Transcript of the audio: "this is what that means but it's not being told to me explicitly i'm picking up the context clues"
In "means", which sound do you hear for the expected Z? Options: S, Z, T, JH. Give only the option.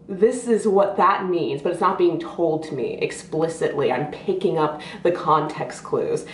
Z